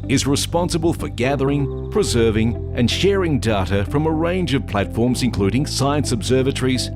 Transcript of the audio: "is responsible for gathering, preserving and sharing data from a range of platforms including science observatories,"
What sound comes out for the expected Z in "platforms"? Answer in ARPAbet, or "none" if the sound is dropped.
Z